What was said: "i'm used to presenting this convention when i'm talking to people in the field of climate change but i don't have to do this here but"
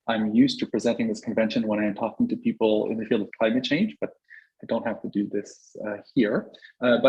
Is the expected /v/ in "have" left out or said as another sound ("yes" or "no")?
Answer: yes